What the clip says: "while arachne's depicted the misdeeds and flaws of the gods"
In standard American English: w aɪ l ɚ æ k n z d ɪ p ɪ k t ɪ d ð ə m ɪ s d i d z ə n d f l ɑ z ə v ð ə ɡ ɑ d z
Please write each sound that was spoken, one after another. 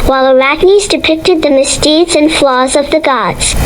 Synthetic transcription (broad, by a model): w aɪ l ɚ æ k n z d ɪ p ɪ k t ɪ d ð ə m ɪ s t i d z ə n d f l ɑ z ə v ð ə ɡ ɑ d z